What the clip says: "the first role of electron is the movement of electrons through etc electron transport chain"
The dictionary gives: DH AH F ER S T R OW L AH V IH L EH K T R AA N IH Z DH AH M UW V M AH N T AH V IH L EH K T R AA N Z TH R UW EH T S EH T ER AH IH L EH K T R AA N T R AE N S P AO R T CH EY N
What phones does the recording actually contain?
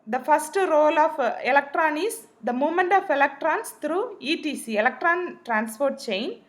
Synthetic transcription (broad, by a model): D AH F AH S T R OW L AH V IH L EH K T R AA N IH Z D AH M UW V M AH N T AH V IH L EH K T R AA N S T R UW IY T IY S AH IH L EH K T R AA N T R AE N S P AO R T CH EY N